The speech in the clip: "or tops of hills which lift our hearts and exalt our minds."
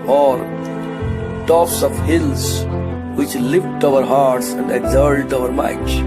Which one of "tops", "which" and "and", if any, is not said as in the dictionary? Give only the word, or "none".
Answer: none